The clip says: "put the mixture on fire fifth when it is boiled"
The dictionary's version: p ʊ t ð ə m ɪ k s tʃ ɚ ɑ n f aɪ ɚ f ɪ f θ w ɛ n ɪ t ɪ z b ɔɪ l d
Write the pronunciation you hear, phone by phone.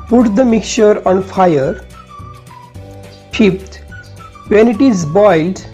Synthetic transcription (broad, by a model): p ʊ t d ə m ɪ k tʃ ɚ ɑ n f aɪ ɚ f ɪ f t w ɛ n ɪ t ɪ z b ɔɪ l d